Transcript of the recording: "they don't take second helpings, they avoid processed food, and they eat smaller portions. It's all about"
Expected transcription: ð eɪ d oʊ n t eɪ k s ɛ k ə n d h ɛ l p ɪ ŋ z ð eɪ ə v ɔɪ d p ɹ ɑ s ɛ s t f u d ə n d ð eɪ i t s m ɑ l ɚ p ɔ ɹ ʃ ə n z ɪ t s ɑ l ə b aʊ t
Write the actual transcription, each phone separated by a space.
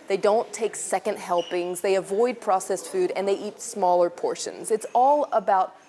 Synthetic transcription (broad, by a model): ð eɪ d oʊ n t eɪ k s ɛ k ə n d h ɛ l p ɪ ŋ z ð eɪ ə v ɔɪ d p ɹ ɑ s ɛ s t f u d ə n ð eɪ i t s m ɑ l ɚ p ɔ ɹ ʃ ə n z ɪ t s ɑ l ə b aʊ t